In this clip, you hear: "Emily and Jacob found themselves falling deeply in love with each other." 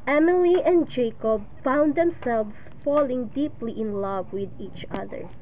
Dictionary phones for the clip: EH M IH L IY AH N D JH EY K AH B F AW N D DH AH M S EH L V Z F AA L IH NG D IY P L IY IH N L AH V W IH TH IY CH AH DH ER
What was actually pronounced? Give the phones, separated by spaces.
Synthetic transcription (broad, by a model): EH M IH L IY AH N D JH EY K AH B F AW N D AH M S EH L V S F AA L IH NG D IY P L IY IH N L AH V W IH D IY CH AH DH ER